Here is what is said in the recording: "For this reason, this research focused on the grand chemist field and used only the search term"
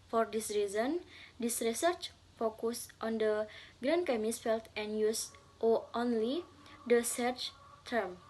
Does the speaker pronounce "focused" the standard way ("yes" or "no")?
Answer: yes